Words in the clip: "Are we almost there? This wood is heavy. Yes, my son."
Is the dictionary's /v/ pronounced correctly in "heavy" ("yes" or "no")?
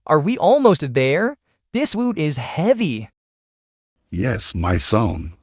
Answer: yes